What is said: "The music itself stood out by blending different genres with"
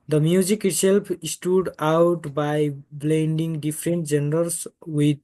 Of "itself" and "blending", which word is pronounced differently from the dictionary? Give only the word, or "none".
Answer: itself